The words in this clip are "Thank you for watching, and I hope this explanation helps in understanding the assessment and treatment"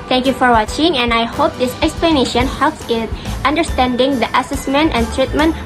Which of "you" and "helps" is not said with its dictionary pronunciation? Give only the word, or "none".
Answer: none